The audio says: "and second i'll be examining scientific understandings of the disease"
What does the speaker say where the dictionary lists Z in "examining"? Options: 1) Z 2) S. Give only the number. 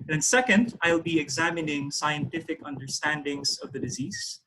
1